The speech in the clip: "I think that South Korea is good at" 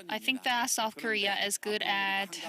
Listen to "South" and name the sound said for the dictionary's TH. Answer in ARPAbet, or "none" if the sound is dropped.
TH